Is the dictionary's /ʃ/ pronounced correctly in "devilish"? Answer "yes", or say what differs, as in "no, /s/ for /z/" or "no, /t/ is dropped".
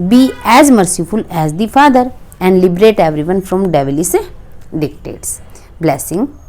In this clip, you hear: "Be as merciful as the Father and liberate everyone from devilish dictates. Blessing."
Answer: no, /s/ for /ʃ/